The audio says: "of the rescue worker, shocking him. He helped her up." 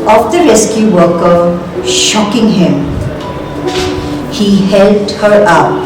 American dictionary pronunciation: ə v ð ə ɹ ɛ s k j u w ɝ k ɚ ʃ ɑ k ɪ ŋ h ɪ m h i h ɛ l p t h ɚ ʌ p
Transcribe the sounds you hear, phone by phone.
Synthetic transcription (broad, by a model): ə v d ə ɹ ɛ s k j u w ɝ k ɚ ʃ ɑ k ɪ ŋ h ɪ m h i h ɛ l t h ɚ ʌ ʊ